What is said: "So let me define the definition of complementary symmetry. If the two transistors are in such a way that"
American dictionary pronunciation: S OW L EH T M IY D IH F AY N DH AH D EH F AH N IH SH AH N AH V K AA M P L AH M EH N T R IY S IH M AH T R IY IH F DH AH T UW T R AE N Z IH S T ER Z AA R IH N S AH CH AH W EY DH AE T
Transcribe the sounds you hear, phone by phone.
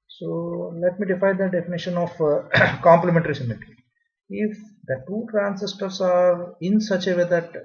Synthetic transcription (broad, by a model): S OW L EH T M IY D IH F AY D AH D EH F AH N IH SH AH N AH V K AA M P L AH M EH N T R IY S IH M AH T IY IH F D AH T UW T R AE N S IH S T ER S AA R IH N S AH CH AH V EY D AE T